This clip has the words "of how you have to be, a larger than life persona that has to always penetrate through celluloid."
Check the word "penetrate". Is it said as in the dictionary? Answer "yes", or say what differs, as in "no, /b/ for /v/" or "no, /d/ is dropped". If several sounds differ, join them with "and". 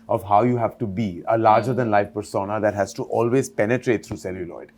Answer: yes